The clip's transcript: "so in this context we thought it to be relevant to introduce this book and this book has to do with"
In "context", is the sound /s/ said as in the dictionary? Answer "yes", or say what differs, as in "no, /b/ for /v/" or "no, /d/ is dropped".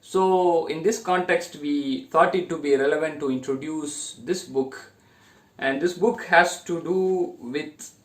yes